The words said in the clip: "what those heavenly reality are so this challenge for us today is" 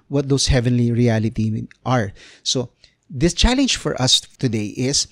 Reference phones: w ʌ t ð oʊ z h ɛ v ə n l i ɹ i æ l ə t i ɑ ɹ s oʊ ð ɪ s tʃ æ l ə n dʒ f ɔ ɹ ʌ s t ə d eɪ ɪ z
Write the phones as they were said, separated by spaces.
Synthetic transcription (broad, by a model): w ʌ t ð oʊ s h ɛ v ə n l i ɹ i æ l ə t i ɑ ɹ s oʊ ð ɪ s tʃ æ l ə n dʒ f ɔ ɹ ʌ s t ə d eɪ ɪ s